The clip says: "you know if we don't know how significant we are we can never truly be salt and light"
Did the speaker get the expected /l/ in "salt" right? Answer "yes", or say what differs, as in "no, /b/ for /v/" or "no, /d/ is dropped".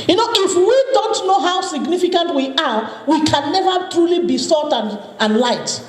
no, /l/ is dropped